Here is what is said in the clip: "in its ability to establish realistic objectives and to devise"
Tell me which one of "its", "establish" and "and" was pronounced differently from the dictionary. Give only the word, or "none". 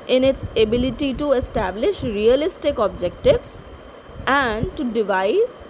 none